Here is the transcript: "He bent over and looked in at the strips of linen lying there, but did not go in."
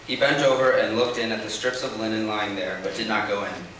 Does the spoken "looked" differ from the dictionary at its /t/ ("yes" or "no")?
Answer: no